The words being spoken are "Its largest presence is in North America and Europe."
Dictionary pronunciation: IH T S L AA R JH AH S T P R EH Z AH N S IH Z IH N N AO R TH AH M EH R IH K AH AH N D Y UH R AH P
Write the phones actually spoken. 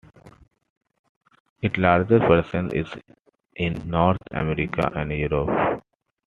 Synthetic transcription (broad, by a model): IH T L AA R JH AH T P R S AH N IH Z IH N N AO R T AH M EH R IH K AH AH N D Y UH R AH P